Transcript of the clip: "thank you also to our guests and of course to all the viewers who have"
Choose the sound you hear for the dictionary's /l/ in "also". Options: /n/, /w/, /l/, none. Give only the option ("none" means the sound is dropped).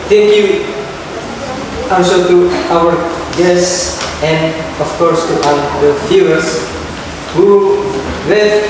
/n/